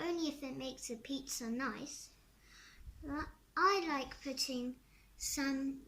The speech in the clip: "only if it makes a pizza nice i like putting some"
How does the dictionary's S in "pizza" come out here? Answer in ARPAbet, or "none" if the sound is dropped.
S